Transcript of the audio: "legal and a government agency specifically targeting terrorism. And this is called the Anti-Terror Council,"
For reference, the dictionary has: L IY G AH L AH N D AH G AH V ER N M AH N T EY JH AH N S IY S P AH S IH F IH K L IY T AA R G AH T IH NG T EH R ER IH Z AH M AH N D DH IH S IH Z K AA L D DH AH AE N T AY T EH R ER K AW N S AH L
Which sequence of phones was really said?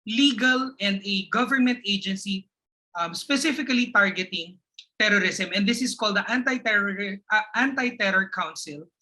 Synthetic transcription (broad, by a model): L IY G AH L AH N D AH G AH V ER N M AH N T EY JH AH N S IY S P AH S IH F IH K L IY T AA R G AH T IH NG T EH R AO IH S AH M AH N D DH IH S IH S K AA L D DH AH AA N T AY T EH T ER K AW N S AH L